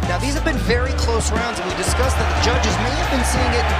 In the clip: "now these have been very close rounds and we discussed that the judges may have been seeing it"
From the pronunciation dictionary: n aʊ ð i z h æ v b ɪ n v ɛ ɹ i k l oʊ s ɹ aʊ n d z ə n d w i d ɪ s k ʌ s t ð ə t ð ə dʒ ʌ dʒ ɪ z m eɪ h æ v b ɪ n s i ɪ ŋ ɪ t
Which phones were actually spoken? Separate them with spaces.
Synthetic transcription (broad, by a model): n aʊ ð i z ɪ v b ɪ n v ɛ ɹ i k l oʊ s ɹ aʊ n d z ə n w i d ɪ s k ʌ s ð ə t ð ə dʒ ʌ dʒ ɪ z m eɪ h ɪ v b ɪ n s i ɪ ŋ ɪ t